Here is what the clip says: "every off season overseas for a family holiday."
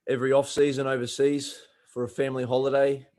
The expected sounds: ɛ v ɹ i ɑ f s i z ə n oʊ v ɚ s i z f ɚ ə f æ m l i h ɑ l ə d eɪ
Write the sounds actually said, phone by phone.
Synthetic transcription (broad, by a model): ɛ v ɹ i ɑ f s i z ə n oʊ v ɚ s i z f ɚ ə f æ m l i h ɑ l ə d eɪ